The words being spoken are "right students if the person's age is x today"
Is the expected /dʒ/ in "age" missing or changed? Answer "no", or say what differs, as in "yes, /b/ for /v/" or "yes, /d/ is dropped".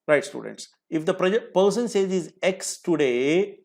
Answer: yes, /z/ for /dʒ/